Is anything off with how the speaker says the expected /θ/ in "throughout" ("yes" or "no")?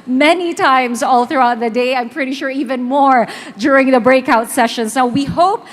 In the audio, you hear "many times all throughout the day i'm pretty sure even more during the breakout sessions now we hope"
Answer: no